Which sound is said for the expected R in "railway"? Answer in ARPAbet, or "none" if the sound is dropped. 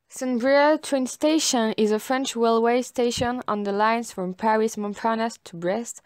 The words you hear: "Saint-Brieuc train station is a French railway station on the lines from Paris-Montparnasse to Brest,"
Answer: W